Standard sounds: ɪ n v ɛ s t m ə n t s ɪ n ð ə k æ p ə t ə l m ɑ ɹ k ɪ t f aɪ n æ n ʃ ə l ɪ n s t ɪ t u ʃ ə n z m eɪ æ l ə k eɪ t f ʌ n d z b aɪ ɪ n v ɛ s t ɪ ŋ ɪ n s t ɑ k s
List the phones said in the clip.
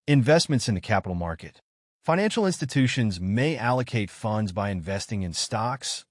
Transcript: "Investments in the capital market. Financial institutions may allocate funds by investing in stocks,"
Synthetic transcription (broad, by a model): ɪ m v ɛ s t m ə n t s ɪ n ð ə k æ p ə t l m ɑ ɹ k ɪ t f aɪ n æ n ʃ l ɪ n s t ɪ t u ʃ ə n z m eɪ æ l ə k eɪ t f ʌ n d z b aɪ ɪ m v ɛ s t ɪ ŋ ɪ n s t ɑ k s